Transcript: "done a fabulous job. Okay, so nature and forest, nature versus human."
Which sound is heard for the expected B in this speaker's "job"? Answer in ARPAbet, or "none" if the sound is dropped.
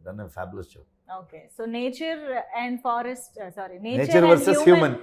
none